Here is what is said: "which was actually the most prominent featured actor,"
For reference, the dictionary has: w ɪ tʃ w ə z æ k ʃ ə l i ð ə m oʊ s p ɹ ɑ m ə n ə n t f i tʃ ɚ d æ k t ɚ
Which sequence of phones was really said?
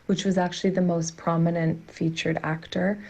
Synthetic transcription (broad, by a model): w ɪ tʃ w ə z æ k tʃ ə l i ð ə m oʊ s p ɹ ɑ m ə n ə n t f i tʃ ɚ d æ k t ɚ